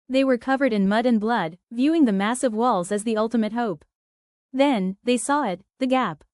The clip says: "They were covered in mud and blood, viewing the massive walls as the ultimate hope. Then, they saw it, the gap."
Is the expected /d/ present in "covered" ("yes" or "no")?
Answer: yes